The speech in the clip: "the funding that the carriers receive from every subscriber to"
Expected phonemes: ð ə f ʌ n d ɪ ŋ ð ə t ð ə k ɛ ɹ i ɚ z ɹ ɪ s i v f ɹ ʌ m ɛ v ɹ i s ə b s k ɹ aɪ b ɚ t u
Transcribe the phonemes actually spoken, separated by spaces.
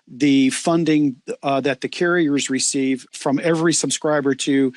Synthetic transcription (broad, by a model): ð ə f ʌ n d ɪ ŋ ð ə t ð ə k ɛ ɹ i ɚ z ɹ ɪ s i v f ɹ ʌ m ɛ v ɹ i s ə b s k ɹ aɪ b ɚ t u